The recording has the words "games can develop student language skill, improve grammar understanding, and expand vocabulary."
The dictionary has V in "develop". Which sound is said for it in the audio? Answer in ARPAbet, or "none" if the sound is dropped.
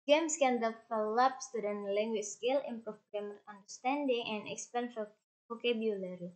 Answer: F